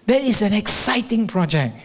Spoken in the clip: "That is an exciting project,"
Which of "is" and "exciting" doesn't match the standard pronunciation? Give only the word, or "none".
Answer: is